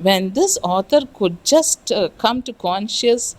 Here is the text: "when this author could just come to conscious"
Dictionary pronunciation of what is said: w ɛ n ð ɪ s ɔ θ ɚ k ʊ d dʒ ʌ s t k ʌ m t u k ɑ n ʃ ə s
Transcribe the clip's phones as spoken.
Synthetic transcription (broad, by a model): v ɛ n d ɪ s ɔ t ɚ k ʊ d dʒ ʌ s t k ʌ m t u k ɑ n ʃ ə s